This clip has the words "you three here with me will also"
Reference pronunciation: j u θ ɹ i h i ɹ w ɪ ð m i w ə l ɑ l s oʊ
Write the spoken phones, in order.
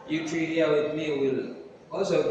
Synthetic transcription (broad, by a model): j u t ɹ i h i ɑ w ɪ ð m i w ə l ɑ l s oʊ